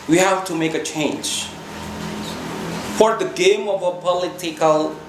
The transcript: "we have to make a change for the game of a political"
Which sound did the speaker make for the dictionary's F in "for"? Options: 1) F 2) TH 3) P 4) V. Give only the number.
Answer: 1